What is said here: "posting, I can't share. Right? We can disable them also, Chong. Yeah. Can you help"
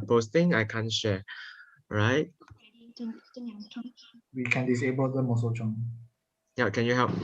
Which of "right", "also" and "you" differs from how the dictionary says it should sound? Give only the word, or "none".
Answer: also